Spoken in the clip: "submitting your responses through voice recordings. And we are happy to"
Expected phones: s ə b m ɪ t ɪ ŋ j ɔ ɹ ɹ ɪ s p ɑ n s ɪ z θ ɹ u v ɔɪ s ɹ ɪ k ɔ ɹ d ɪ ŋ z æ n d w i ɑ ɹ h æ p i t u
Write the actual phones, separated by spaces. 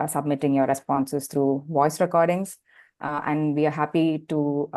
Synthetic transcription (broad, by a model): s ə b m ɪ t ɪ ŋ j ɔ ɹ ɹ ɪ s p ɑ n s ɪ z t ɹ u v ɔɪ s ɹ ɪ k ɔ ɹ d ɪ ŋ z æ n d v i ɑ ɹ h æ p i t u